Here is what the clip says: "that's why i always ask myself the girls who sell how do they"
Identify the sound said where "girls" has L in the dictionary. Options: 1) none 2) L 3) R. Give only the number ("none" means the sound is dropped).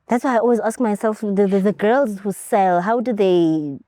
2